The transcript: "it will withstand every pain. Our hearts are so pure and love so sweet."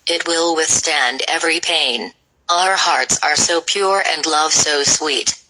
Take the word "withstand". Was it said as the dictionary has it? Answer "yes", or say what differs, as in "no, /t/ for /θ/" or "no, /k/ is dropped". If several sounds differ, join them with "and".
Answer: yes